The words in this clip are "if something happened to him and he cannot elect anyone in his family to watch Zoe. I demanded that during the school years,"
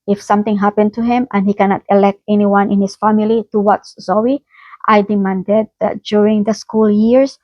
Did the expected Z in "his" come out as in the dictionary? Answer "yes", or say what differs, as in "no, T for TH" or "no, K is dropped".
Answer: no, S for Z